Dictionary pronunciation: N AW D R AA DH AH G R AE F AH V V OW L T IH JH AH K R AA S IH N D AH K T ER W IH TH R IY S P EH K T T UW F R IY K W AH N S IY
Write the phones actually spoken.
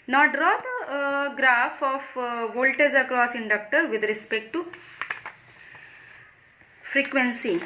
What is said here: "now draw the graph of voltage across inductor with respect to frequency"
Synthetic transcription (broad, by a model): N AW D R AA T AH G R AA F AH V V OW L T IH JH AH K R AA S IH N D AH K T ER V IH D R IY S P EH K T T UW F R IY K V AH N S IY